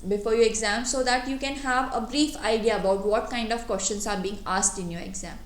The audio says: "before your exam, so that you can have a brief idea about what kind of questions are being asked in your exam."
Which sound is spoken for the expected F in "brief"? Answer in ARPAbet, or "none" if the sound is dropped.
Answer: F